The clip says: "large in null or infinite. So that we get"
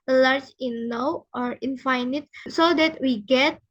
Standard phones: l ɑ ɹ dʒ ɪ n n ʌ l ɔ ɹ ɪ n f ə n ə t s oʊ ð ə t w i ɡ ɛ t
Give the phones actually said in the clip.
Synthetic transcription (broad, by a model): l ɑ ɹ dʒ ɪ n n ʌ w ɔ ɹ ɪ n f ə n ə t s oʊ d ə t w i ɡ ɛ t